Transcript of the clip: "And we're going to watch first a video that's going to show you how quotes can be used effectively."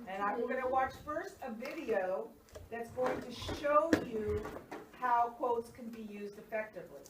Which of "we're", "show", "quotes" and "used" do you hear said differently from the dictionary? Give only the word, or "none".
we're